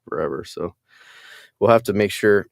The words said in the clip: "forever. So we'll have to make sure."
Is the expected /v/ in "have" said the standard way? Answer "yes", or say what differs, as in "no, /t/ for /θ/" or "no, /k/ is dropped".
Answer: no, /f/ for /v/